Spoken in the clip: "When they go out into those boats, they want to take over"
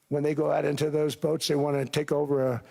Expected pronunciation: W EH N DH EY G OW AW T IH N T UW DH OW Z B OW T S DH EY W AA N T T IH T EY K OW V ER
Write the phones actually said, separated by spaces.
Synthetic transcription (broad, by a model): W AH N DH EY G OW AW T IH N T UW DH OW Z B OW T S DH EY W AA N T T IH T EY K OW V ER